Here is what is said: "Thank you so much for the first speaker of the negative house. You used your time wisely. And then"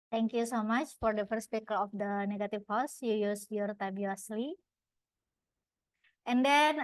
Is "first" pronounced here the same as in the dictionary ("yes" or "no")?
yes